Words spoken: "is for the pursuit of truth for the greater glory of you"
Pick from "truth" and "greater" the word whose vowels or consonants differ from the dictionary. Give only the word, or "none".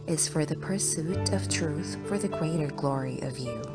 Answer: none